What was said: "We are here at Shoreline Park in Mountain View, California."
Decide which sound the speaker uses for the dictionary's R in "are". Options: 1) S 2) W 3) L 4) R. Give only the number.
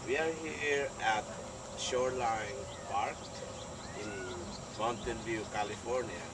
4